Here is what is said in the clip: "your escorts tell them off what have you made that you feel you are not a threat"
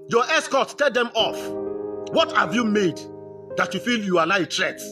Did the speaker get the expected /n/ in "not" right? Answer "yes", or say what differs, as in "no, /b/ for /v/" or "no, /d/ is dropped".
no, /l/ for /n/